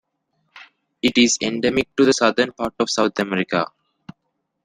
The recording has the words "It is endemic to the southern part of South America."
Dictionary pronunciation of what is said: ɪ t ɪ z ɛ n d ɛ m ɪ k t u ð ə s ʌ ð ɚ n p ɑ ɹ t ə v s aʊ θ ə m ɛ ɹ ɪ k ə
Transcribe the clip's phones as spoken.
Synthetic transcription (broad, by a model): ɪ t ɪ z ɛ n d ɛ m ɪ k t u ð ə s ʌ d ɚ n p ɑ ɹ t ə v s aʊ t ə m ɛ ɹ ɪ k ə